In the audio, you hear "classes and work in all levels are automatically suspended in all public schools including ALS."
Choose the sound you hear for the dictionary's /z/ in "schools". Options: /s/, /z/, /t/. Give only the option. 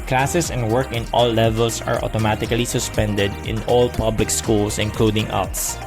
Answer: /s/